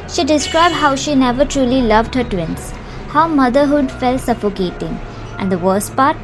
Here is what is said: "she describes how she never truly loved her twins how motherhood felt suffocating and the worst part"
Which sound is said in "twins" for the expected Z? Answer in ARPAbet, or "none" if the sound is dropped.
S